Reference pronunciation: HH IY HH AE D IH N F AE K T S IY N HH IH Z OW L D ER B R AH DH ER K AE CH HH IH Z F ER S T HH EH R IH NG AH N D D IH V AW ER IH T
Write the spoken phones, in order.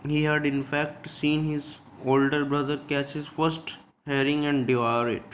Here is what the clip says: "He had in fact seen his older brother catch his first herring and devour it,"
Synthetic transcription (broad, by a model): HH IY HH AE D IH N F AE K T S IY N HH IH Z OW L D ER B R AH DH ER K AE CH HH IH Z F ER S T HH EH R IH NG AH N D D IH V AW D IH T